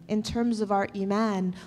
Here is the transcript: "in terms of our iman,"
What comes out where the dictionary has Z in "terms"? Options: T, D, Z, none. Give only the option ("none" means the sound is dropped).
Z